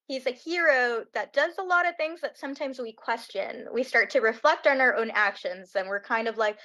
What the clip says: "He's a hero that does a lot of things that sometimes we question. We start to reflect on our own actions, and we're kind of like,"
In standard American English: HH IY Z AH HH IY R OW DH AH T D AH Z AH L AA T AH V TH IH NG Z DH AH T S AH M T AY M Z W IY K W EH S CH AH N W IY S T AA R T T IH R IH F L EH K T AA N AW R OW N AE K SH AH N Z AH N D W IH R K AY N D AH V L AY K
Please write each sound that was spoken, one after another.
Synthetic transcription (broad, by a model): HH IY Z AH HH IY R OW DH AH T D AH Z AH L AA T AH V TH IH NG Z DH AH T S AH M T AY M Z W IY K W EH S CH AH N W IY S T AA R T T IH R IH F L EH K T N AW R OW N AE K SH AH N Z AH N W IH R K AY N D AH V L AY K